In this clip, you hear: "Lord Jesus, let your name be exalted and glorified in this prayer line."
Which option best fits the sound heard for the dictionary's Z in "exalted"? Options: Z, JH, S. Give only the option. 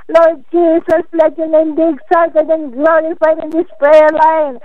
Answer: S